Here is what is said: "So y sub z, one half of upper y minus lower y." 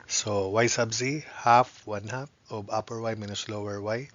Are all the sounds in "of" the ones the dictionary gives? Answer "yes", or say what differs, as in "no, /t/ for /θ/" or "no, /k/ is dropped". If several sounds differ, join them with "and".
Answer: no, /b/ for /v/